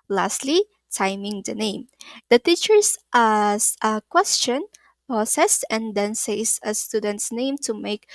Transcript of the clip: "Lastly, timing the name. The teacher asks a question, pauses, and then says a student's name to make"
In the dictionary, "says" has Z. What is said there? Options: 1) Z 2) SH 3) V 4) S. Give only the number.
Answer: 4